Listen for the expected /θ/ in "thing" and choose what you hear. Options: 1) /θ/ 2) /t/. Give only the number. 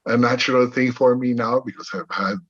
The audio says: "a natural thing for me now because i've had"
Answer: 1